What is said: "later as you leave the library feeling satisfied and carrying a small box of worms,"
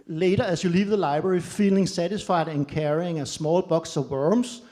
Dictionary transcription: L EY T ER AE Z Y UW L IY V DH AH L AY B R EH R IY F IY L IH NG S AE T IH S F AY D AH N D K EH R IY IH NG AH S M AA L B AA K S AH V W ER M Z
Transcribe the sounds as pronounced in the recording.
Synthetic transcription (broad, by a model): L EY T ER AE S Y UW L IY V DH AH L AY B R EH R IY F IY L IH NG S AE T IH S F AY D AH N K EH R IY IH NG AH S M AA L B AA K S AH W ER M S